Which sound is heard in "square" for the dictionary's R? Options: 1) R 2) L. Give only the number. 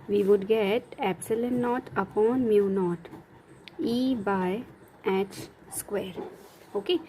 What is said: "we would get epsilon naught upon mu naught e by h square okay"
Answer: 1